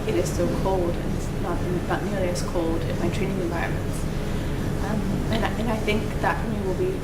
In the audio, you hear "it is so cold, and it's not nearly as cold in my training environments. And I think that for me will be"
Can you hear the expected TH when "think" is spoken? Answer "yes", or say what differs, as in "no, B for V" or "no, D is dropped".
yes